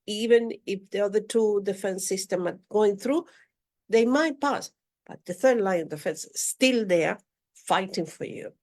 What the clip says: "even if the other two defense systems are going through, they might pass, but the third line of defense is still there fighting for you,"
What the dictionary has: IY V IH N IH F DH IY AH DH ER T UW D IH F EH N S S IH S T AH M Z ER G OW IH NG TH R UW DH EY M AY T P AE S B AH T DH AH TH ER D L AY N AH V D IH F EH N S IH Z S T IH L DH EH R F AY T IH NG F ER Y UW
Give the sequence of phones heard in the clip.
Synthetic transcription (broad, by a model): IY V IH N IH F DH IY AH DH ER T UW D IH F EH N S S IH S T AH M ER G OW IH NG TH R UW DH EY M AY T P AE S B AH T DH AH TH ER D L AY N AH V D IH F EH N S S T IH L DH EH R F AY T IH NG F ER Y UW